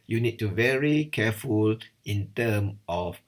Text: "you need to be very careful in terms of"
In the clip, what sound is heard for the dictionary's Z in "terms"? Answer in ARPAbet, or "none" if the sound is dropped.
none